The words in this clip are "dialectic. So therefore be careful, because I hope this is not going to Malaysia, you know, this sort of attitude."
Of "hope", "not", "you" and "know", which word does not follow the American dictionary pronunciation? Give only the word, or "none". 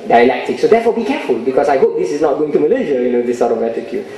none